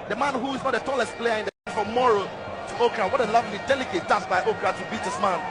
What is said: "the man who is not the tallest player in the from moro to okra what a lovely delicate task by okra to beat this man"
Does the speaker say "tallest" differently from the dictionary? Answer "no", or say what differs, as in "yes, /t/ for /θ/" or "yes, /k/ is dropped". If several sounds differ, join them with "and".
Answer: no